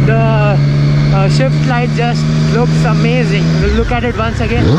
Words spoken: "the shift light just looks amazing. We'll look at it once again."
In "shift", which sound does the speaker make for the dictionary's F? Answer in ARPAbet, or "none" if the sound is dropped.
F